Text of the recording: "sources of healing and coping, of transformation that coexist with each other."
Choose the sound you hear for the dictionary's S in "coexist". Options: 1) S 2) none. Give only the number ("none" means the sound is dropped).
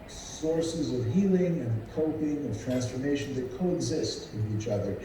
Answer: 1